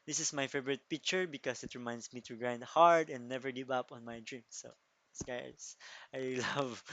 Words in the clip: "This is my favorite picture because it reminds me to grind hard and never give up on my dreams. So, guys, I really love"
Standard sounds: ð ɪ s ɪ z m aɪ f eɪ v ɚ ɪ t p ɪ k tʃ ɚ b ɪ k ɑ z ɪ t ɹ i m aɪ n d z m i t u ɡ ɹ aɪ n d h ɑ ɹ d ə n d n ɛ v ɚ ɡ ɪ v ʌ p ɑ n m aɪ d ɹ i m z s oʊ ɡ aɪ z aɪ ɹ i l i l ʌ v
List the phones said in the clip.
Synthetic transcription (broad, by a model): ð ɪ s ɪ s m aɪ f eɪ v ɚ ɪ t p ɪ k tʃ ɚ b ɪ k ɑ s ɪ t ɹ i m aɪ n d s m i t u ɡ ɹ aɪ n d h ɑ ɹ d ə n d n ɛ v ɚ ɡ ɪ v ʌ p ɑ n m aɪ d ɹ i m s oʊ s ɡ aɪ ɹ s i l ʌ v